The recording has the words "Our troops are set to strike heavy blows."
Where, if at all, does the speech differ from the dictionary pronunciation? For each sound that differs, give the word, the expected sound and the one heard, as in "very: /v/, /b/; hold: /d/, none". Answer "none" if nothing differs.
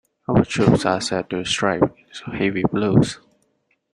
blows: /z/, /s/